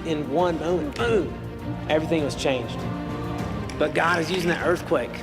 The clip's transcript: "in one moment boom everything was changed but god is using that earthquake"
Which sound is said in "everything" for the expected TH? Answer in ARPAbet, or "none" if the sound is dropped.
TH